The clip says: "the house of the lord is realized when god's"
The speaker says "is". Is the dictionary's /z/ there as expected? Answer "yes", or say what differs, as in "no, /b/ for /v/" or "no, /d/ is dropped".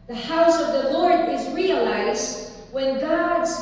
yes